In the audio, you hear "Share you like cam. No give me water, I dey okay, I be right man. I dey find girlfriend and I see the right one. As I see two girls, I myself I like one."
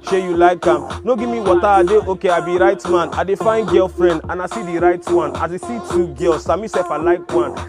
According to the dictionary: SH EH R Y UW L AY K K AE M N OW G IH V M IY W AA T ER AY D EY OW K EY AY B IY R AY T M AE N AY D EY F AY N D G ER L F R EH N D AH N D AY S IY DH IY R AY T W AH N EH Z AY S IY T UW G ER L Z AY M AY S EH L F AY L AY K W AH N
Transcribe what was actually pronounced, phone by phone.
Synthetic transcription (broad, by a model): SH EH Y UW L AY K K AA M N OW G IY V M IY W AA T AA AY D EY OW K EY AY B IY R AY T M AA N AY D EY F AY N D G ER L F R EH N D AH N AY S IY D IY R AY T W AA N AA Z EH S IY T UW G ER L S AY M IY S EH F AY L AY K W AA N